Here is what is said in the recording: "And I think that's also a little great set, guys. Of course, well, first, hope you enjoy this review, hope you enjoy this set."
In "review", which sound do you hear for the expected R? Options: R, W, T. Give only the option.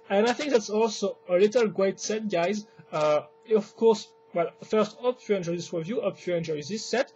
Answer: W